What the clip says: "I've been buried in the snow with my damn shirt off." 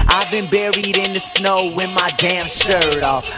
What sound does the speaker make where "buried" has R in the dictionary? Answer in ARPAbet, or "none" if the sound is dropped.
R